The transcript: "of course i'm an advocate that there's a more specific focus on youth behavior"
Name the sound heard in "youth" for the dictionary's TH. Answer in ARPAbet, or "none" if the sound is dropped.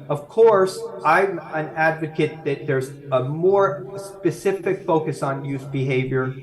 S